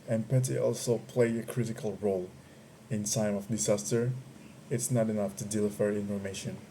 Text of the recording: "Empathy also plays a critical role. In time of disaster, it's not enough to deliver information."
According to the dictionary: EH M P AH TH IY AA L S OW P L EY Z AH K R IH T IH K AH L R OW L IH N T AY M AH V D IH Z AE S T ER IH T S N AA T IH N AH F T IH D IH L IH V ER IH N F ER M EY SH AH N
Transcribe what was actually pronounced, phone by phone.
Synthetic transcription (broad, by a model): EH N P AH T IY AA L S OW P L EY AH K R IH T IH K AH L R OW L IH N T AY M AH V D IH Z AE S T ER IH T S N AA T IH N AH F T IH D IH L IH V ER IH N F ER M EY SH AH N